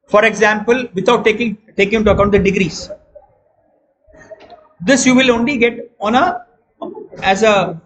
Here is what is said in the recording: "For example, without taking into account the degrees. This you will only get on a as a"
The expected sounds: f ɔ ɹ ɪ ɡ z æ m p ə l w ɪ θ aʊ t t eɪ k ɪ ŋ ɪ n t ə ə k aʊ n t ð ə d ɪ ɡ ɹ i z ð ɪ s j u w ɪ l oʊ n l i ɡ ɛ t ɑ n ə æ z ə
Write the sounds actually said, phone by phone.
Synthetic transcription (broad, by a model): f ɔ ɹ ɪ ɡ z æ m p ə l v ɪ t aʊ t t eɪ k ɪ ŋ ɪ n t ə ə k aʊ n t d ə d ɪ ɡ ɹ i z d ɪ s j u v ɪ l oʊ n l i ɡ ɛ t ɑ n ə æ z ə